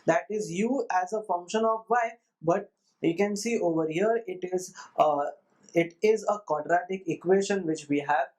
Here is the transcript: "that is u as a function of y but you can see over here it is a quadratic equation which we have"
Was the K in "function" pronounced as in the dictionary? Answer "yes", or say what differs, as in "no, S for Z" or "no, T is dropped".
yes